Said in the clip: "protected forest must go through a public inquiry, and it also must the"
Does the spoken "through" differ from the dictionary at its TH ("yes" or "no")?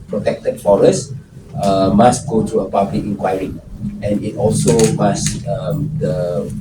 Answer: yes